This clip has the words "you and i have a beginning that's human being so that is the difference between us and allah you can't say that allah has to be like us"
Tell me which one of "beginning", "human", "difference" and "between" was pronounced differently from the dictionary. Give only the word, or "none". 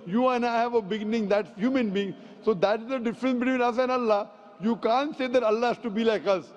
none